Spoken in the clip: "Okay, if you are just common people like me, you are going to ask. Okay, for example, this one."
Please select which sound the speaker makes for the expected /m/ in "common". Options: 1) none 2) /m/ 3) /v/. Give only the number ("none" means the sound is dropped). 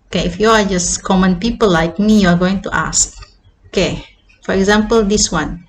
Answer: 2